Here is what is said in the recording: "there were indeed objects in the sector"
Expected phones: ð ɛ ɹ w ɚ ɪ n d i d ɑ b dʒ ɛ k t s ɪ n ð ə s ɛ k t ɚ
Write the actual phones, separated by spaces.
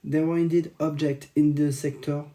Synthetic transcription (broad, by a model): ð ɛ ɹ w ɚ ɪ n d i d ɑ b dʒ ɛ k t ɪ n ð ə s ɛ k t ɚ